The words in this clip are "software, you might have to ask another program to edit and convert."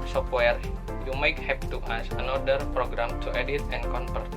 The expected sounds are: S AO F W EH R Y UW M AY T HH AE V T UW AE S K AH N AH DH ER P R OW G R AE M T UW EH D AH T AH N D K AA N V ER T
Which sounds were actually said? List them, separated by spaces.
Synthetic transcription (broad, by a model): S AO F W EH R Y UW M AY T HH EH P T UW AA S AH N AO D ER P R OW G R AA M T UW EH D AH T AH N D K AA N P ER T